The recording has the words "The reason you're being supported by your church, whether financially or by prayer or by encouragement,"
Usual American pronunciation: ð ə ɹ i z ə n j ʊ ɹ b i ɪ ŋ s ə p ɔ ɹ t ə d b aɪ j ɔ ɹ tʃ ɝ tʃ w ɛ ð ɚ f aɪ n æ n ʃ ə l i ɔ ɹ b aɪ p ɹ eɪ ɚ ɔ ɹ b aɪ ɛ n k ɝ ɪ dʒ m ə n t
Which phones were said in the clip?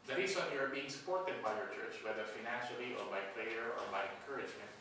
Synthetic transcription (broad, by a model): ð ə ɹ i s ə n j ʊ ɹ b i ɪ ŋ s ə p ɔ ɹ t ə d b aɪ j ɔ ɹ tʃ ɝ tʃ w ɛ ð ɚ f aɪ n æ n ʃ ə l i ɔ ɹ b aɪ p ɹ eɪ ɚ ɔ ɹ b aɪ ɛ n k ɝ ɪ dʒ m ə n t